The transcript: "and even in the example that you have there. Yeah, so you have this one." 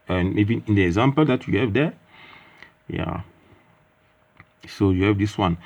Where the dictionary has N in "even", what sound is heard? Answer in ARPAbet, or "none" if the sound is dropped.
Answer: none